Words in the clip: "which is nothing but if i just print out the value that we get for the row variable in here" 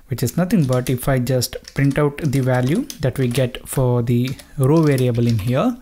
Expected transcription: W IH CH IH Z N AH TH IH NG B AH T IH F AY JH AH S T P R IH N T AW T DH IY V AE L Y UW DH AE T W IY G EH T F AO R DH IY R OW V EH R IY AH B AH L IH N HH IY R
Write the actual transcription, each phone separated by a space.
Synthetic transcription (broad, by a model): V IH CH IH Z N AH T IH NG B AH T IH F AY JH AH S T P R IH N T AW T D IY V AE L Y UW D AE T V IY G EH T F AO R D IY R OW V EH R IY AH B AH L IH N HH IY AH